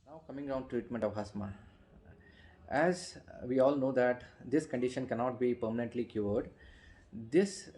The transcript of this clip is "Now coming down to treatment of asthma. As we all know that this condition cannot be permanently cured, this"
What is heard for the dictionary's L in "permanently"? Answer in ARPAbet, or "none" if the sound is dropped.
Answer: L